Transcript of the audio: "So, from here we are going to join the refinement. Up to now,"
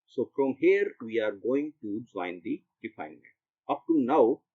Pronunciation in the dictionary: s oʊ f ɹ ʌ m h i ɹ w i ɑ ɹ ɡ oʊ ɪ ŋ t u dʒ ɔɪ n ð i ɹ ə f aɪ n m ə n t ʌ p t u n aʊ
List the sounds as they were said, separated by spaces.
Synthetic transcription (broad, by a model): s oʊ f ɹ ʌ m h i ɹ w i ɑ ɹ ɡ oʊ ɪ ŋ t u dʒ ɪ n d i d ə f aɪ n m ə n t ʌ p t u n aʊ